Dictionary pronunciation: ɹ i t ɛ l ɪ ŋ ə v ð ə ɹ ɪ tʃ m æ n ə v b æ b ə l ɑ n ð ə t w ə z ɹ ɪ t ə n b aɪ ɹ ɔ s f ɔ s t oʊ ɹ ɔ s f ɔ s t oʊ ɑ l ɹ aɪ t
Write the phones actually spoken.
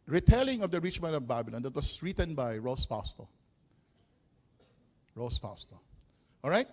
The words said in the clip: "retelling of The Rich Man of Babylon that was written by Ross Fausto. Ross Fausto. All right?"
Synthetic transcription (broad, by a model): ɹ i t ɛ l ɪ ŋ ə v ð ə ɹ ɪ tʃ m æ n ə v b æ b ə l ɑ n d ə t w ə s ɹ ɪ t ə n b aɪ ɹ ɔ s p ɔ s t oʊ ɹ ɔ s p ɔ s t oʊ ɑ l ɹ aɪ t